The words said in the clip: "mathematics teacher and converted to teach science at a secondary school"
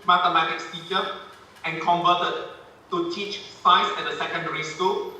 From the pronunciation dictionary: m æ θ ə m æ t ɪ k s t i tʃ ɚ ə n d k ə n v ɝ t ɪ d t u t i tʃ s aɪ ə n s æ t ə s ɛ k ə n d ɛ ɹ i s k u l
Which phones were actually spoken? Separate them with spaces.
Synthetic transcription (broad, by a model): m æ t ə m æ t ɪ k s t i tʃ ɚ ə n k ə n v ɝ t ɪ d t u t i tʃ s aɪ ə s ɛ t ə s ɛ k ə n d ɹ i s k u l